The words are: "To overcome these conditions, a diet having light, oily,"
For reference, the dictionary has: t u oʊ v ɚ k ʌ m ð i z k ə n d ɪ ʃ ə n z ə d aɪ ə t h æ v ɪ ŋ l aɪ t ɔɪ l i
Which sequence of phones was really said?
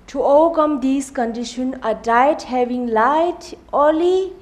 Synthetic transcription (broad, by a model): t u oʊ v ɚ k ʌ m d i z k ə n d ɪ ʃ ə n ə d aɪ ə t h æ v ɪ ŋ l aɪ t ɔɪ l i